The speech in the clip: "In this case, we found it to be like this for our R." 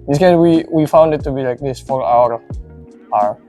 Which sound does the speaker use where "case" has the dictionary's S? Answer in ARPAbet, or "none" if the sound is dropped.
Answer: none